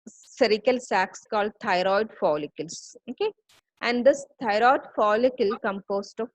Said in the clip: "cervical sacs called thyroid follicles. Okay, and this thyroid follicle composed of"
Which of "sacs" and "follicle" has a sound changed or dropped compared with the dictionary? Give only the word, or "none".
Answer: none